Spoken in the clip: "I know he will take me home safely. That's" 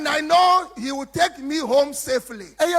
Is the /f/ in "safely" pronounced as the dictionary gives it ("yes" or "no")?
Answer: yes